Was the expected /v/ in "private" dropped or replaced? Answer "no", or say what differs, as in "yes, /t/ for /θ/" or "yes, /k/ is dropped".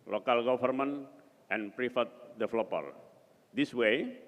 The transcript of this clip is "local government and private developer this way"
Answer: yes, /f/ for /v/